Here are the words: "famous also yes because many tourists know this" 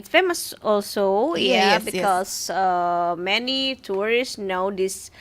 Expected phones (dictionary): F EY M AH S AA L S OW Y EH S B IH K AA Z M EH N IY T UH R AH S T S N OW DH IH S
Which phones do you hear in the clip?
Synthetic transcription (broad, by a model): F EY M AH S AA L S OW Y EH B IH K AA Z M EH N IY T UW R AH S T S N OW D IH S